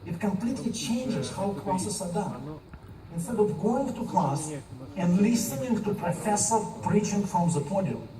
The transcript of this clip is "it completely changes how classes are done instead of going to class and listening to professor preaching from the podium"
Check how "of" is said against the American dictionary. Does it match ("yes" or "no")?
yes